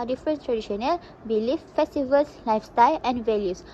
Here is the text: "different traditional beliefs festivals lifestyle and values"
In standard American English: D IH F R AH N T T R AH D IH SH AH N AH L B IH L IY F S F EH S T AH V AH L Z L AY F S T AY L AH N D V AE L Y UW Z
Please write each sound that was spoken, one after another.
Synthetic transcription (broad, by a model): D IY F R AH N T T R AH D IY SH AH N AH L B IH L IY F F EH S T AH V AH L S L AY F S T AY L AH N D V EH L Y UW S